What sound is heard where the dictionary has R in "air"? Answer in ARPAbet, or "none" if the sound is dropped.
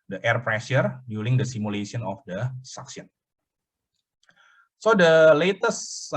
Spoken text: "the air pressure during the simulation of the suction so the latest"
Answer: R